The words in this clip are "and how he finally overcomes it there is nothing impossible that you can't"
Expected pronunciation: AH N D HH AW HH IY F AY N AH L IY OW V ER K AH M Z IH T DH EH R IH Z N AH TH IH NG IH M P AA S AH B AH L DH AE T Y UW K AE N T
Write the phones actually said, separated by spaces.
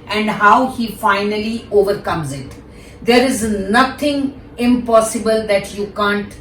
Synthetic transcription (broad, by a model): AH N D HH AW HH IY F AY N AH L IY OW V ER K AH M Z IH T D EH R IH Z N AH T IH NG IH M P AA S AH B AH L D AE T Y UW K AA N T